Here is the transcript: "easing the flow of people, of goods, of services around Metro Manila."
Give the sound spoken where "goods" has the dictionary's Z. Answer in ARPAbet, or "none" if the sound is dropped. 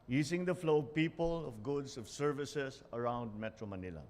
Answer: S